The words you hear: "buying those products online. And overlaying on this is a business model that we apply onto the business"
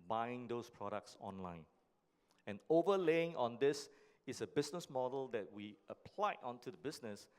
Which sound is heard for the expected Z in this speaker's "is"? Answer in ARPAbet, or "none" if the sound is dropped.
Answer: S